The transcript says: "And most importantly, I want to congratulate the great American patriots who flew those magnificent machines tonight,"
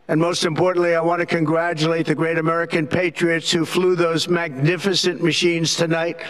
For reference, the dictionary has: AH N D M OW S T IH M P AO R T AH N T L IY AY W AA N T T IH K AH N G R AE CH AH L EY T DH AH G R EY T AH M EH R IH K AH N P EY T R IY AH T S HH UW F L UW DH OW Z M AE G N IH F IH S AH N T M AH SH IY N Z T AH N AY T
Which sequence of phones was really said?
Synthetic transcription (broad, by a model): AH N M OW S T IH M P AO R T N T L IY AY W AA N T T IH K AH N G R AE CH AH L EY T DH AH G R EY T AH M EH R IH K AH N P EY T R IY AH T S HH UW F L UW DH OW Z M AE G N IH F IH S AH N M AH SH IY N Z T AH N AY T